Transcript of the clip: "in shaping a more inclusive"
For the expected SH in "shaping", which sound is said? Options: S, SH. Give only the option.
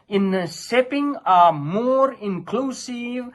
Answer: S